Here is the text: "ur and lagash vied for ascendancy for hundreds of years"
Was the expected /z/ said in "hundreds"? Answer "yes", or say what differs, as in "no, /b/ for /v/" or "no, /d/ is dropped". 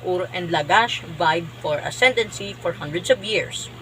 no, /s/ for /z/